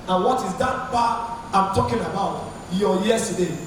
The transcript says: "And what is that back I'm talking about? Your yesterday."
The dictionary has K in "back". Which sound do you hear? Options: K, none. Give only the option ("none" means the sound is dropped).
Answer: none